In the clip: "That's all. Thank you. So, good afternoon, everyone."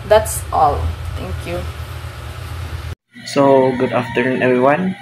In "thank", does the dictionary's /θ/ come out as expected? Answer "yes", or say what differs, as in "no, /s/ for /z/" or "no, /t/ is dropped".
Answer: no, /t/ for /θ/